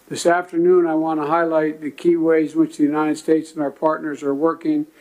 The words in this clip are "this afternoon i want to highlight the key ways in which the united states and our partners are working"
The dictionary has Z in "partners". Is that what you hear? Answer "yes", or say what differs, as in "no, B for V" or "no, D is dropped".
yes